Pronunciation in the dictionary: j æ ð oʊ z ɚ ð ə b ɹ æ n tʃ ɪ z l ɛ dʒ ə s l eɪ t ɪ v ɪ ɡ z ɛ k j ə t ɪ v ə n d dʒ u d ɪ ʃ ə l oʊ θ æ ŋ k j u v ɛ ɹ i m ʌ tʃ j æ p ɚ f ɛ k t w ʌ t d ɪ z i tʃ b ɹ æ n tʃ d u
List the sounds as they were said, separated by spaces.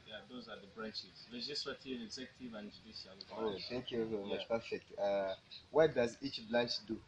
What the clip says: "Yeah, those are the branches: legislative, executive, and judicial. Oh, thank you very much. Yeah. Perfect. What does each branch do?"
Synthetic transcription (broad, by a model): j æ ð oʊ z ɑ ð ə b ɹ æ n tʃ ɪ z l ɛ dʒ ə s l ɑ t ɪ v ɪ ɡ z ɛ k j ə t ɪ v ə n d dʒ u d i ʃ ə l oʊ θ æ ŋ k j u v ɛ i m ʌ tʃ p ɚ f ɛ k t w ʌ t d ɪ z i tʃ b l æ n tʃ d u